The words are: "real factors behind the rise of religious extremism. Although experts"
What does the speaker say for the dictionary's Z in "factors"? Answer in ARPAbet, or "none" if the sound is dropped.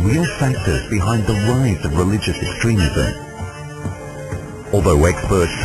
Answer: Z